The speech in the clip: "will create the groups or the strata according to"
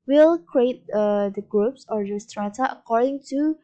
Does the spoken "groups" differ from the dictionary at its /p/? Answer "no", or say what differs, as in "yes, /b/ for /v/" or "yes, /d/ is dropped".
no